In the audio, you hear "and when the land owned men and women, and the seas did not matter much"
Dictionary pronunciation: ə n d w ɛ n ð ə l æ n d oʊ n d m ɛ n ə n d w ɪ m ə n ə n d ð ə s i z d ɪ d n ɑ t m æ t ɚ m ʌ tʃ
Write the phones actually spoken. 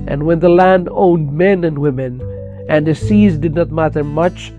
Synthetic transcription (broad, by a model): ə n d w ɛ n ð ə l æ n d oʊ n d m ɛ n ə n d w ɪ m ə n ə n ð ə s i z d ɪ d n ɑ t m æ t ɚ m ʌ tʃ